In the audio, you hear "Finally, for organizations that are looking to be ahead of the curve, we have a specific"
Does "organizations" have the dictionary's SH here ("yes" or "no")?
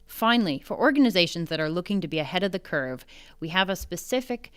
yes